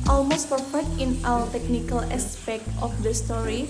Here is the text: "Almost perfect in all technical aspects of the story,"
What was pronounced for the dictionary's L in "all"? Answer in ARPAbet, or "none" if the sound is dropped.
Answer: W